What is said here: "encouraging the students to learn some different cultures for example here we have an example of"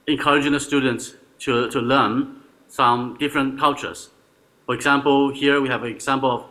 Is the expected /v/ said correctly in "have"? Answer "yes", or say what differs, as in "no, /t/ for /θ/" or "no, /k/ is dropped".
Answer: yes